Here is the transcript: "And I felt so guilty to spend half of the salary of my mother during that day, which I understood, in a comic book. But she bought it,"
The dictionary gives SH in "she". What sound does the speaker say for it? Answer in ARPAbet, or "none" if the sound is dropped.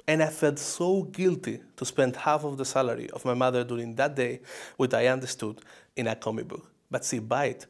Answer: S